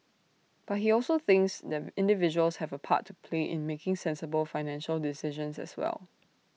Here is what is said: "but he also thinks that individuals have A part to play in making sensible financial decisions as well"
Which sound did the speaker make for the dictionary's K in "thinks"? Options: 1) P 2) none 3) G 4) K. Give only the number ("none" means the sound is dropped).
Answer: 4